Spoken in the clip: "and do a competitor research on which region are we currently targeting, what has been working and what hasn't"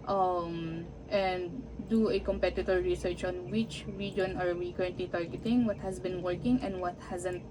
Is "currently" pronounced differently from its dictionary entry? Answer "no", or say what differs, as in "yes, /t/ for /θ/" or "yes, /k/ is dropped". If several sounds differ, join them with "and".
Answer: no